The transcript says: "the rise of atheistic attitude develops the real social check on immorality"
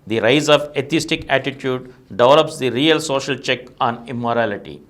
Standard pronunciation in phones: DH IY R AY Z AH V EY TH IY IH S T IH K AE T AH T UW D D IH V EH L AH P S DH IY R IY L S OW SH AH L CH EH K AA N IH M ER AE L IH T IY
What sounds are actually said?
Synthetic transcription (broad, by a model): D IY R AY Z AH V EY T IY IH S T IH K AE T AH T UW D D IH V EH L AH P S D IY R IY L S OW SH AH L CH EH K AA N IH M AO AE L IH T IY